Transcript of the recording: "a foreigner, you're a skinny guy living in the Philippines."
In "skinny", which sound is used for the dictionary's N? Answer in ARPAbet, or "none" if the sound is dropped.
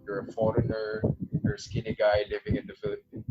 N